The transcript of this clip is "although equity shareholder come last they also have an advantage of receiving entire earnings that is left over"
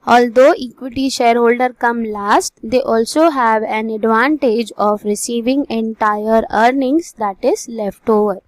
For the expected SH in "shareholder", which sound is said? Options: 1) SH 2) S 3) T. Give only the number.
1